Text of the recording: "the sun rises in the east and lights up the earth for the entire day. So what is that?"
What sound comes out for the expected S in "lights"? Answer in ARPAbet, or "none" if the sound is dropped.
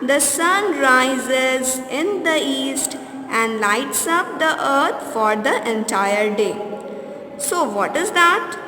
S